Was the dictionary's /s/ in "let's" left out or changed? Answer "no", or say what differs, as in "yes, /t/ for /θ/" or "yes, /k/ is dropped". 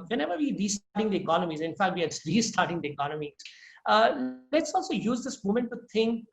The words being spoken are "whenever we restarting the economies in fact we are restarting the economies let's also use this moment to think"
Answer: no